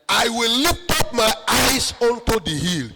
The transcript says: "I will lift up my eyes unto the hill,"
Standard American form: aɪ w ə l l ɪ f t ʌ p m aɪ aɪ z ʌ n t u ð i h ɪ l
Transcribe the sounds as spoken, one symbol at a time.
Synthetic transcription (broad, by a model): aɪ w ə l l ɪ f t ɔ p m aɪ aɪ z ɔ n t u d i h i l